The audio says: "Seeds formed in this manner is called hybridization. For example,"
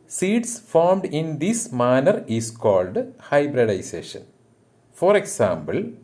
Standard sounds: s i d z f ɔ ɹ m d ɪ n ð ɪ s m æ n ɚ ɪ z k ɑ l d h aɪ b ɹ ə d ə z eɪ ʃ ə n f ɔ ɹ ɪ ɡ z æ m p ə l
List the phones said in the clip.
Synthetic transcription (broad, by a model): s i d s f ɔ ɹ m d ɪ n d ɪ s m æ n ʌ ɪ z k ɑ l d h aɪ b ɹ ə d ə s eɪ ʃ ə n f ɔ ɹ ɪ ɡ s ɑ m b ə l